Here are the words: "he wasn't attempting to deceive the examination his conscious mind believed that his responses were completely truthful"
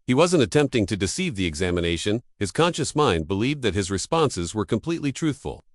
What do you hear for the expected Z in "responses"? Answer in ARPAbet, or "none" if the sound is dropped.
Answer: Z